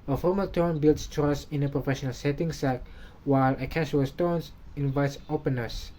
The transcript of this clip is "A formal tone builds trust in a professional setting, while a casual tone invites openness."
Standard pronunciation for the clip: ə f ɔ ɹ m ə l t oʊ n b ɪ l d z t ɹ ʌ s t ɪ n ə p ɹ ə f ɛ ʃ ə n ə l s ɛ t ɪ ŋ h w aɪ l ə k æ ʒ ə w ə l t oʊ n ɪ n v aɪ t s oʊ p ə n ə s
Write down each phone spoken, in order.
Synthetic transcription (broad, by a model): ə f ɔ ɹ m ə l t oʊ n b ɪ l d s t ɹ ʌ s ɪ n ə p ɹ ə f ɛ ʃ ə n ə l s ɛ t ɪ ŋ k w aɪ l ə k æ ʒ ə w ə l t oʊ n ɪ n v aɪ t s oʊ p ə n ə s